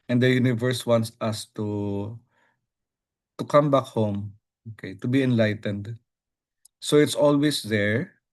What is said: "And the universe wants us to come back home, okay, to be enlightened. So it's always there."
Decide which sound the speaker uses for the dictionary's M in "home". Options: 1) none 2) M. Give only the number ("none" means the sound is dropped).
2